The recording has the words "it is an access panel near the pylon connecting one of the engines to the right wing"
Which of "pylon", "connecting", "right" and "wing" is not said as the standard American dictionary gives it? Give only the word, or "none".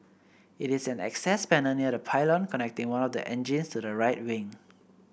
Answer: none